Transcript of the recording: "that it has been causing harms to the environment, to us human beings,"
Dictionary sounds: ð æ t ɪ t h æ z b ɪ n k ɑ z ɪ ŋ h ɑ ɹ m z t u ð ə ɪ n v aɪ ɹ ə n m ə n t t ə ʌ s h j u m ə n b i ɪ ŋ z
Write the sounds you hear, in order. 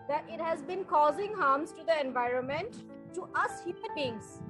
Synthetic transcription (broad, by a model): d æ t ɪ t h æ z b ɪ n k ɑ z ɪ ŋ h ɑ ɹ m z t u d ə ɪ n v aɪ ɹ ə n m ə n t t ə ʌ s h j u m ə n b i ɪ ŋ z